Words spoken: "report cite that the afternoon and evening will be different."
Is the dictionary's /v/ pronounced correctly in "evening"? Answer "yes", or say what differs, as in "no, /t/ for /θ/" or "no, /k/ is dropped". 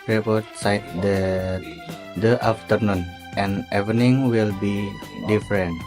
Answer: no, /v/ is dropped